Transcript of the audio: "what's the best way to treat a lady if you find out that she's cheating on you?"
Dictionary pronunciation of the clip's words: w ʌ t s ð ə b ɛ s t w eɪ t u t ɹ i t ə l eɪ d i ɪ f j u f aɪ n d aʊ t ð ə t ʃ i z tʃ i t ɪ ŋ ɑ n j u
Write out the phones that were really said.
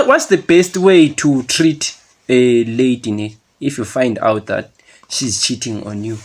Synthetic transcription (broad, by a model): w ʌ t s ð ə b ɛ s t w eɪ t u t ɹ i t ə l eɪ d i ɪ f j u f aɪ n d aʊ t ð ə t ʃ i z tʃ i t ɪ ŋ ɑ n j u